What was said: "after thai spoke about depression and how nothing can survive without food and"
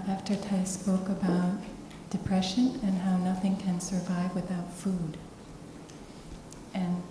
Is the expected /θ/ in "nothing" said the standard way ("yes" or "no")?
yes